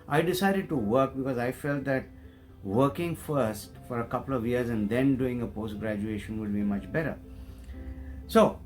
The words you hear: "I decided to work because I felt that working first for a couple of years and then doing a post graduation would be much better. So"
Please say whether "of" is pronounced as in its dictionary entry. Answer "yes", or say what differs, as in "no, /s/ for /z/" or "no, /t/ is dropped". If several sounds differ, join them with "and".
yes